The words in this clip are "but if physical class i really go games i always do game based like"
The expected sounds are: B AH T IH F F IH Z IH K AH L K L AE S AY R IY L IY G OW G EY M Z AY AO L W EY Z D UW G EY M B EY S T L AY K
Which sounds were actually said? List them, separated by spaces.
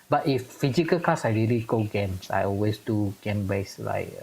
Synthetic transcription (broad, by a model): B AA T IH F F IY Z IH K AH L K AA S AY R IY L IY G OW G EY M S AY AO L W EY S D UW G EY M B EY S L AY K